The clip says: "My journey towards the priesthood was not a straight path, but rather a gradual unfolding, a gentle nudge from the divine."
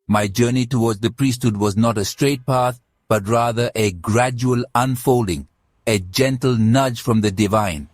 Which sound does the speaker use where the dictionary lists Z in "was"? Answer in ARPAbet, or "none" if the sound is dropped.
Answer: Z